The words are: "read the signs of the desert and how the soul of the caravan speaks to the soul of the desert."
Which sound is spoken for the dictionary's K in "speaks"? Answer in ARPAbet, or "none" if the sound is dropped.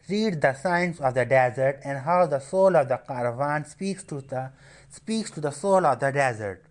K